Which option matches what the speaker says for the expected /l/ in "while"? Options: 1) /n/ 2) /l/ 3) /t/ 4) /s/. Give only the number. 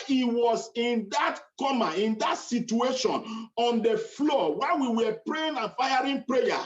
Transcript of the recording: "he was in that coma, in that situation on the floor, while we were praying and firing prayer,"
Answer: 1